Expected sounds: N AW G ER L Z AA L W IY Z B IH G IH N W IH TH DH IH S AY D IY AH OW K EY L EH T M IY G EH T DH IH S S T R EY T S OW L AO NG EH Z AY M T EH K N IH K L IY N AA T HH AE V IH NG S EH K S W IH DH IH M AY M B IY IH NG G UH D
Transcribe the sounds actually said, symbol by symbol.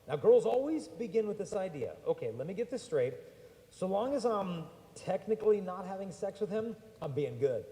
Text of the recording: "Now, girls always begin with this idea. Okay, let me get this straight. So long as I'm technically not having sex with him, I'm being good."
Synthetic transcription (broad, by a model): N AW G ER L Z AA L W IY Z B IH G IH N W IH DH IH S AY D IY AH OW K EY L EH T M IY G EH T DH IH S S T R EY T S OW L AO NG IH Z AY M T EH K N IH K L IY N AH T HH AE V IH NG S EH K S W IH DH IH M AY M B IY IH NG G UH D